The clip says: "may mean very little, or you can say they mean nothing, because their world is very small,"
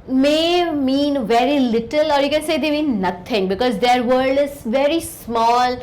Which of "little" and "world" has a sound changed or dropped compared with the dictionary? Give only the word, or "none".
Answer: world